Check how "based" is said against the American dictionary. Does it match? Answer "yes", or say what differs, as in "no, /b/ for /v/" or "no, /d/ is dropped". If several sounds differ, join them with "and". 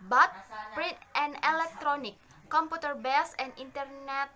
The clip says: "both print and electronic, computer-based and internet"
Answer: no, /t/ is dropped